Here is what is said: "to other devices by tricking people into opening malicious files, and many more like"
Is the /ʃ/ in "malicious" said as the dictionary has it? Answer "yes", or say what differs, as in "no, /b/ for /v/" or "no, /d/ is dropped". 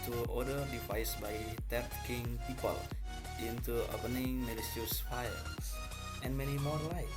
no, /s/ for /ʃ/